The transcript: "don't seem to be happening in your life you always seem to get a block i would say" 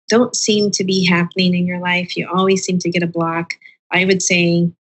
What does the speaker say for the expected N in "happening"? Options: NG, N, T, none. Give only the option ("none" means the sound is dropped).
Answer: N